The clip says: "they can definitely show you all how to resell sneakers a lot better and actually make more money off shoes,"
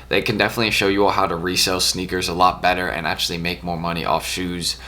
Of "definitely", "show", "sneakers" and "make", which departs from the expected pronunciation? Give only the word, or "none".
none